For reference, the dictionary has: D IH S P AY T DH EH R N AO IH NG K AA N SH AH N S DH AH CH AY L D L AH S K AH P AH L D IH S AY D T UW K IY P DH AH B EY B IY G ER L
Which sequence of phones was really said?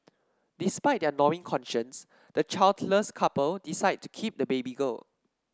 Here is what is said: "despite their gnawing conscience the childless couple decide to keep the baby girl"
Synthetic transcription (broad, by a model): D IH S P AY T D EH N AO IH NG K AA N SH AH N S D AH CH AY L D L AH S K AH P AH L D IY S AY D T UW K IY P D AH B EY B IY G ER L